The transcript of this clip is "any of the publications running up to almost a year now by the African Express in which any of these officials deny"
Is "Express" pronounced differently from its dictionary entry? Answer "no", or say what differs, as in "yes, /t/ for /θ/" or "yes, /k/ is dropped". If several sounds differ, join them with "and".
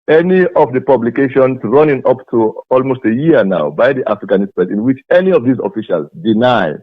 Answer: yes, /k/ is dropped